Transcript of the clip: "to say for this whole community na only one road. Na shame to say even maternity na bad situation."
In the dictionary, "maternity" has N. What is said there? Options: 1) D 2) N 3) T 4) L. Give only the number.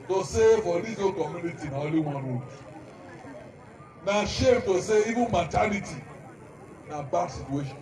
4